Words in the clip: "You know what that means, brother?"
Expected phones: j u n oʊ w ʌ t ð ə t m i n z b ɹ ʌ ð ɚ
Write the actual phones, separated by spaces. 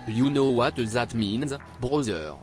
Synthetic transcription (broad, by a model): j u n oʊ w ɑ t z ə t m i n z b ɹ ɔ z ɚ